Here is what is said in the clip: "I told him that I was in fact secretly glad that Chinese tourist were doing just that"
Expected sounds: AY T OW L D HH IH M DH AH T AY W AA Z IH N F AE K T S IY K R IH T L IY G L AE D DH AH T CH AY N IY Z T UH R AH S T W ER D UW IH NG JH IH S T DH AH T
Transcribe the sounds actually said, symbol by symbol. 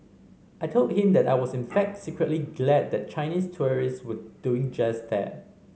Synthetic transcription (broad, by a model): AY T OW L D HH IH M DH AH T AY W AA S IH N F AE K T S IY K R IH T L IY G L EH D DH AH T CH AY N IY S T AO R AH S W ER D UW IH NG JH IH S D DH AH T